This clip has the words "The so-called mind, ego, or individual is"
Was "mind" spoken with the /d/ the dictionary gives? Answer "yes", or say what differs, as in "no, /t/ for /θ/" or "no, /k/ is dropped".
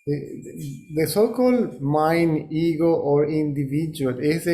no, /d/ is dropped